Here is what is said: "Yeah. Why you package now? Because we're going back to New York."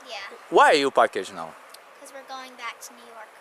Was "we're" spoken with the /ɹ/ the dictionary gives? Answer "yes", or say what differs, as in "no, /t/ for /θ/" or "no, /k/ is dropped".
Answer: yes